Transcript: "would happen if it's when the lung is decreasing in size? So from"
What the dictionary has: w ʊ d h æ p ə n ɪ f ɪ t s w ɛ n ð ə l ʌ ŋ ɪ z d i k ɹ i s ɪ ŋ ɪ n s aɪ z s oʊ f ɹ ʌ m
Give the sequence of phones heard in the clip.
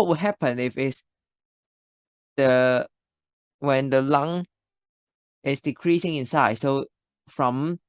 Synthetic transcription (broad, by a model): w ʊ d h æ p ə n ɪ f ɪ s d w ɛ n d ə l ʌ ŋ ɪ s d i k ɹ i s ɪ ŋ ɪ n s aɪ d s oʊ f ɹ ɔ m